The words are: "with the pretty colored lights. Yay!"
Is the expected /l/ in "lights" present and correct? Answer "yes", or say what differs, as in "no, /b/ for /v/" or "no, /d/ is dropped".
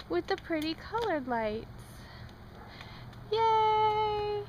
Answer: yes